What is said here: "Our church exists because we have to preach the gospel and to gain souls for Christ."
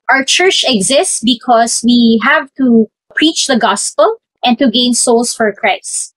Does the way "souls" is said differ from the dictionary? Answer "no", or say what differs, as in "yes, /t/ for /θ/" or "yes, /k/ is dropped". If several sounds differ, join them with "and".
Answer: yes, /s/ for /z/